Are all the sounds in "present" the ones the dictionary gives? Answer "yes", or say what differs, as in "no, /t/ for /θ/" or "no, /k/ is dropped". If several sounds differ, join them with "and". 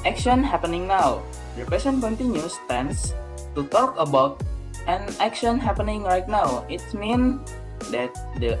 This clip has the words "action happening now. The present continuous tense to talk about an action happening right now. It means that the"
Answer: no, /ɹ/ is dropped and /s/ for /z/